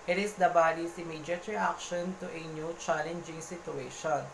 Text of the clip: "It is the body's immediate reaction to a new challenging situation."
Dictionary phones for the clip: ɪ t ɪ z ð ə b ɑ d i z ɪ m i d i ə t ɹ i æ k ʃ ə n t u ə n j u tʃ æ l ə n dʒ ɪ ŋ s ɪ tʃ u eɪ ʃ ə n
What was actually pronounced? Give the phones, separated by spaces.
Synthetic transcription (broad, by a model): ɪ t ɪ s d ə b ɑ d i s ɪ m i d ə t ɹ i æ k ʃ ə n t u ə n j u tʃ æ l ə n dʒ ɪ ŋ s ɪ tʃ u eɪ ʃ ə n